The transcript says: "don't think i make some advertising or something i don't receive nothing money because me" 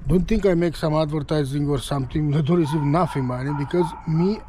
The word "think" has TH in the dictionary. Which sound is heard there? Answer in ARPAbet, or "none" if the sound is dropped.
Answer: T